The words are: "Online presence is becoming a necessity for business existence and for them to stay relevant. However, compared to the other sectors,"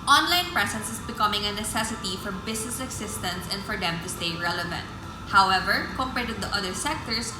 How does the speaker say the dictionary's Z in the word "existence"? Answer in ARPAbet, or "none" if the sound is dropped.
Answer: S